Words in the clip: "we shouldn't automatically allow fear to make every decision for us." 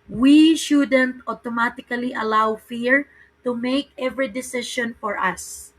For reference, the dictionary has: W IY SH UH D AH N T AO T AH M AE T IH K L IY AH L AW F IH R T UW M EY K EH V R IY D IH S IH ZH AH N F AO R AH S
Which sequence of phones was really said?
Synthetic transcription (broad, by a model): W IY SH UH D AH N T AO T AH M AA T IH K L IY AH L AW F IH R T UW M EY K EH V R IY D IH S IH SH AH N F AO R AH S